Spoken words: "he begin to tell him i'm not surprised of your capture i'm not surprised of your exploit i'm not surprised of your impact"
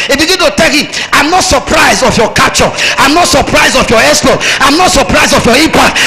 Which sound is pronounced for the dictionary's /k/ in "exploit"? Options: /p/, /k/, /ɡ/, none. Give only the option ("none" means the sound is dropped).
none